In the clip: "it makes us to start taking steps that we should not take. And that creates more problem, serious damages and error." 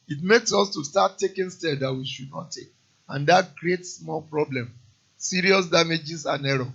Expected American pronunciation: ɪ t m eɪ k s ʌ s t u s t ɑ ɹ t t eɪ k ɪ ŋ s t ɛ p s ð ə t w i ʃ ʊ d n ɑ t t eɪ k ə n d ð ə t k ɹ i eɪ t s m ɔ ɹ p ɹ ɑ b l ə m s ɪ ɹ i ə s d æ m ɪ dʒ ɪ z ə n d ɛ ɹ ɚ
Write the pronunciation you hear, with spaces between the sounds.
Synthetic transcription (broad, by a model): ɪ t m eɪ k s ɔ s t u s t ɑ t t eɪ k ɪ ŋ s t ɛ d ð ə t w i ʃ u d n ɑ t t eɪ k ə n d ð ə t k ɹ i eɪ t s m ɔ l p ɹ ɑ b l ə m s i ɹ i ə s d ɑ m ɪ dʒ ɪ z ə n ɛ ɹ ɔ